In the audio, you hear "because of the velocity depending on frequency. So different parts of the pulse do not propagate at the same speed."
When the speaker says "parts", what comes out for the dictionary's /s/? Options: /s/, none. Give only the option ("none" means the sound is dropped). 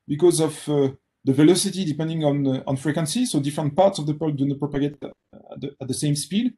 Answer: /s/